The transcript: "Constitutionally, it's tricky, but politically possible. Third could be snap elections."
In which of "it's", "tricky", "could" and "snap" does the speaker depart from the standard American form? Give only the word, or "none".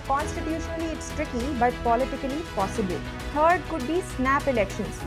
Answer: none